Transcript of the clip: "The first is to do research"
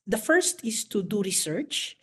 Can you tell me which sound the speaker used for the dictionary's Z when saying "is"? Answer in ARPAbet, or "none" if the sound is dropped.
S